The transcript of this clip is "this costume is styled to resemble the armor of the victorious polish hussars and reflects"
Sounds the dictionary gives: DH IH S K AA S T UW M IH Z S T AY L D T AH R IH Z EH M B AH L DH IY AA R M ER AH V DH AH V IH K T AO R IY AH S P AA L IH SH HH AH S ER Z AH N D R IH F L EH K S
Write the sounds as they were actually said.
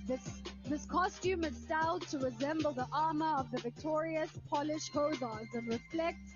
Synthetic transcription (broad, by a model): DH IH S K AA S T UW M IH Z S T AY L D T AH R IH Z EH M B AH L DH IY AA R M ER AH V DH AH V IH K T AO R IY AH S P AA L IH SH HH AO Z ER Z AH N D R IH F L EH K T